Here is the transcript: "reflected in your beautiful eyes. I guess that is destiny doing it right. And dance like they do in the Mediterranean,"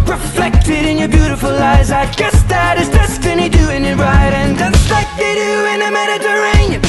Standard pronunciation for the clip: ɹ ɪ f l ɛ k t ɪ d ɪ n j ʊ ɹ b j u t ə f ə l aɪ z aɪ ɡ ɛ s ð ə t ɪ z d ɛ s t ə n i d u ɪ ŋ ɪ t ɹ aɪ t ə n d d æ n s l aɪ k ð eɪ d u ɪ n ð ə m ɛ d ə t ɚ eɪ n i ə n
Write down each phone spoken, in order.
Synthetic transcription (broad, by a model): ɹ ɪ f l ɛ k t ɪ d ɪ n j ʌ ɹ b j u t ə f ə l aɪ z aɪ ɡ ɛ s ð ə t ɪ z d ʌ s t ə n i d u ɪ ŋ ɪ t ɹ aɪ t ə n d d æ s l aɪ k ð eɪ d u ɪ n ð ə m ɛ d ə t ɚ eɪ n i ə